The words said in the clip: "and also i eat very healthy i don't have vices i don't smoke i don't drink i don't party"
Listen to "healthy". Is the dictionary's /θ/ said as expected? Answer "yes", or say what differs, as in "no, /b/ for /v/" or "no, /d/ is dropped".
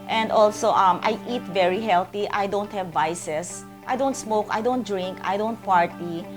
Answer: no, /t/ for /θ/